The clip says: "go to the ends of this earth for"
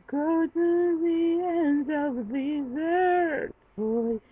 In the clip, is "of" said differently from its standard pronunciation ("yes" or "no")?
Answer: no